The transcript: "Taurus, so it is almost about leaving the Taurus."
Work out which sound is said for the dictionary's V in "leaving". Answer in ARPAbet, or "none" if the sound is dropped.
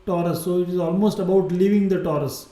V